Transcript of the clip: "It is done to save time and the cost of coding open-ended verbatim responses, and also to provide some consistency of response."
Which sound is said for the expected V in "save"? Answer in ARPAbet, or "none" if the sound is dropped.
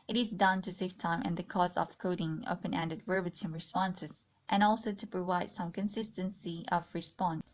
F